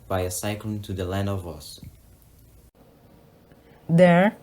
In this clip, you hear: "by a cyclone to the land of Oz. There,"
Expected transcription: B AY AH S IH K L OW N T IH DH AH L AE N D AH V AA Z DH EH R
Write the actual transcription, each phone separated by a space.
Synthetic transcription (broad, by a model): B AY AH S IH K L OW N T IH DH AH L AE N D AH V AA S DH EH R